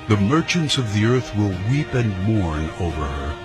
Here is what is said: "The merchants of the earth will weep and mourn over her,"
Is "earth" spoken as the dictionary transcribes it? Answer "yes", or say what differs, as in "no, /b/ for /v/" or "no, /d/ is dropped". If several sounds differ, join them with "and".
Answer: yes